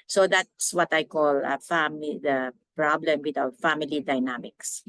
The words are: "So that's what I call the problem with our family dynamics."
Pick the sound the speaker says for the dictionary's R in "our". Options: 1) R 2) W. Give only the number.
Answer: 2